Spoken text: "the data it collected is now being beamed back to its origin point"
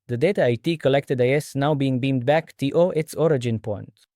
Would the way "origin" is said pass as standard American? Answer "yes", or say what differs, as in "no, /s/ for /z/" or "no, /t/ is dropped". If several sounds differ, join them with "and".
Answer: yes